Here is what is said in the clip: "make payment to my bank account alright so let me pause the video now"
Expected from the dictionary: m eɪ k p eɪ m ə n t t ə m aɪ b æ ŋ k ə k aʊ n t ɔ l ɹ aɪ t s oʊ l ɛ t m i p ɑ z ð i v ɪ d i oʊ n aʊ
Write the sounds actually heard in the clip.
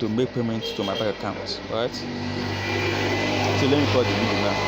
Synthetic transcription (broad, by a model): m eɪ k p eɪ m ə n t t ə m aɪ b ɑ k ə k aʊ n t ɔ ɹ aɪ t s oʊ l ɛ t m i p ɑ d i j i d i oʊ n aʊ